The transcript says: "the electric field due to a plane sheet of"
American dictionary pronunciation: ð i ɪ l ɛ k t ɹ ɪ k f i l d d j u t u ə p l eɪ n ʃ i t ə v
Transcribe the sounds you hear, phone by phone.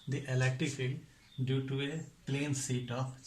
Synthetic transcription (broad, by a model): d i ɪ l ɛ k t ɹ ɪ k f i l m d j u t u ə p l eɪ n s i t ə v